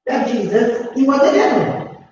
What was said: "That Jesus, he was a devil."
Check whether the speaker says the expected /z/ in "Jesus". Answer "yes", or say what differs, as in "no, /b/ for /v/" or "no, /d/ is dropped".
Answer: yes